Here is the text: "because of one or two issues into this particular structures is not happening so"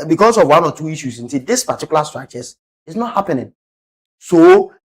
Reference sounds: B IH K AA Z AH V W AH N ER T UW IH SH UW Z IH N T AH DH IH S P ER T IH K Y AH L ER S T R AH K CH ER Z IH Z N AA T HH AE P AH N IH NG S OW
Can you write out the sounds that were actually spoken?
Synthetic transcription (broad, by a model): B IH K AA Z AH V W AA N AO T UW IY SH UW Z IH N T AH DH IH S P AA T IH K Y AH L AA S T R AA CH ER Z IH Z N AA T HH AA P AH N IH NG S OW